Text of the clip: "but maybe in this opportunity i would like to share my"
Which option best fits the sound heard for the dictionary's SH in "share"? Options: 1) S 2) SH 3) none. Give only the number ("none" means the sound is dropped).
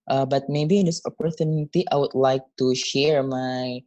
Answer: 2